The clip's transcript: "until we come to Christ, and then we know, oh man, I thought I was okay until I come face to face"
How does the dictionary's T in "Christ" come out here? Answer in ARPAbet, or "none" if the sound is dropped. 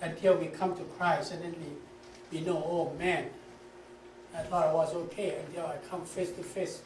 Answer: none